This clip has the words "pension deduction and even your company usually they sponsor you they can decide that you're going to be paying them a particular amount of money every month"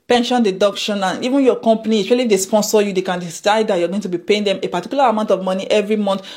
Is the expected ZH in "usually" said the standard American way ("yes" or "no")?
no